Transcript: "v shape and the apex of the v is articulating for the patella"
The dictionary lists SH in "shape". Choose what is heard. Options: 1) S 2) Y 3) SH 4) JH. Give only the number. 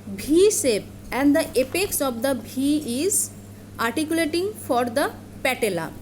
1